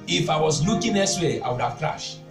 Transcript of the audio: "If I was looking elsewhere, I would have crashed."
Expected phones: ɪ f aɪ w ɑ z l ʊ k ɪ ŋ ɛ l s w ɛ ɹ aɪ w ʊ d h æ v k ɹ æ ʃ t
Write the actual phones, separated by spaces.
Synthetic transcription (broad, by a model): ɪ f aɪ w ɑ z l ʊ k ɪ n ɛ s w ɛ aɪ w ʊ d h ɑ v k ɹ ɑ ʃ t